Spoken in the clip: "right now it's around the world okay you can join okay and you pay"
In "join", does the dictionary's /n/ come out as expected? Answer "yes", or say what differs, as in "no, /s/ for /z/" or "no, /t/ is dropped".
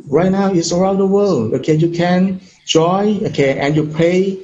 no, /n/ is dropped